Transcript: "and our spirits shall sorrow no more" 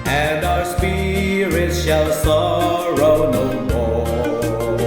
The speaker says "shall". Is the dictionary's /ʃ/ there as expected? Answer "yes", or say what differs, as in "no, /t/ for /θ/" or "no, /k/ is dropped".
yes